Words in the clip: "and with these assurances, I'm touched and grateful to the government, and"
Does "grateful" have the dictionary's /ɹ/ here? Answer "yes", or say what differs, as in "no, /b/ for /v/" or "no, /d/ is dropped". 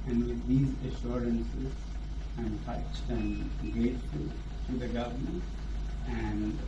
no, /ɹ/ is dropped